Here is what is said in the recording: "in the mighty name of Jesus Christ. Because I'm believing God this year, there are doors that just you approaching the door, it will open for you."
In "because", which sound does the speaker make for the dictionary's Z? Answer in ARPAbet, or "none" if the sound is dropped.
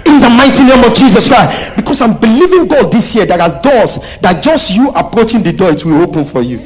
S